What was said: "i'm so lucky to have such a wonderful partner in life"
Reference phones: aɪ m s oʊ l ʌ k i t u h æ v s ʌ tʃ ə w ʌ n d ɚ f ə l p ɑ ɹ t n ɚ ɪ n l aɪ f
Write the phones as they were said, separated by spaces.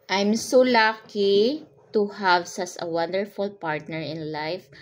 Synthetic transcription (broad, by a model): aɪ m s oʊ l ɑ k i t u h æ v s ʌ s ə w ʌ n d ɚ f ə l p ɑ ɹ t n ɚ ɪ n l aɪ f